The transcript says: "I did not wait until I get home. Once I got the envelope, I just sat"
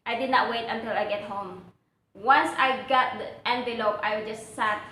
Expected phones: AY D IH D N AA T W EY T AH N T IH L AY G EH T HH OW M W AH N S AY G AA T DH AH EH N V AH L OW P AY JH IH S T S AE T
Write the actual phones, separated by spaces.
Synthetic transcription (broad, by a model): AY D IH D N AA T W EY T AH N T IH L AY G EH T HH OW M W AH N S AY G AA T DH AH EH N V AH L OW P AY JH IH S T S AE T